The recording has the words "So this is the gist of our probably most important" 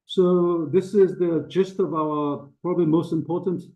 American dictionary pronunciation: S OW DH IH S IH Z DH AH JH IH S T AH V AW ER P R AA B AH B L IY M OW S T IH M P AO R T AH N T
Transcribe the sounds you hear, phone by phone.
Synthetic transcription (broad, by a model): S OW DH IH S IH Z DH AH JH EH S T AH V AW ER P R AA B AH B L IY M OW S T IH M P AO R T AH N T